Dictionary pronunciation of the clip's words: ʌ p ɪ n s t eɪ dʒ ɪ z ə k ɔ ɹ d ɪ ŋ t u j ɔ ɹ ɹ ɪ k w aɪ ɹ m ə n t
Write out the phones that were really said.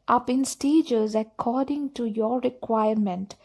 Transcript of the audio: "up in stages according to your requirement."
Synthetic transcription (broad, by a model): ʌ p ɪ n s t eɪ dʒ ɪ z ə k ɔ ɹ d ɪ ŋ t u j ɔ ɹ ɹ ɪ k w aɪ ɹ m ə n t